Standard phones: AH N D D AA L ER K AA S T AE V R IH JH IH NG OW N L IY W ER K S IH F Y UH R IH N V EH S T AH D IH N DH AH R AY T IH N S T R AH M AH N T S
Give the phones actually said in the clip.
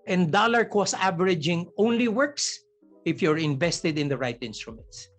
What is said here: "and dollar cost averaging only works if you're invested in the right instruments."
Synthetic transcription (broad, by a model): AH N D D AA L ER K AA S AE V R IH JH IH NG OW N L IY W ER K S IH F Y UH R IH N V EH S T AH D IH N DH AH R AY T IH N S T R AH M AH N T S